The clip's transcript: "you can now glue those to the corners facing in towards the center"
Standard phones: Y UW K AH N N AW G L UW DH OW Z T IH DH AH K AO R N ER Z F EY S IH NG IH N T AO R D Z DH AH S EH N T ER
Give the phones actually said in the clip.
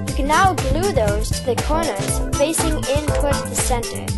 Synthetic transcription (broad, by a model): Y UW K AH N N AW G L UW DH OW Z T IH DH AH K AO R N ER Z F EY S IH NG IH N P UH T DH AH S EH N T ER